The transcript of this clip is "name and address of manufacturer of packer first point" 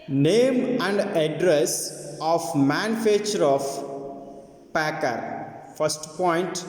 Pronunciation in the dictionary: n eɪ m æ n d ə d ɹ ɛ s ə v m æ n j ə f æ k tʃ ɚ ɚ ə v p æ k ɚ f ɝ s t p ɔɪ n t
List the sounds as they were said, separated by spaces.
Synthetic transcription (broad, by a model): n eɪ m æ n d ə d ɹ ɛ s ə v m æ n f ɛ tʃ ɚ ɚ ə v p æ k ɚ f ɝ s t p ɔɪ n t